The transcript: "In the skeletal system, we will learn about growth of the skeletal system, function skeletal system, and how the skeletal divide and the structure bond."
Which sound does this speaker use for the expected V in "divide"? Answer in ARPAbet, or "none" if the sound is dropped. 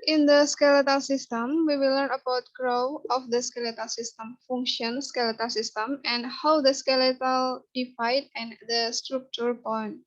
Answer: F